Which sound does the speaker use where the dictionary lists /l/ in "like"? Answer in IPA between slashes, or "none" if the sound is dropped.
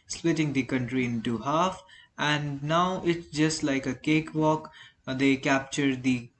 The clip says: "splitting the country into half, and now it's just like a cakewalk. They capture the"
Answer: /l/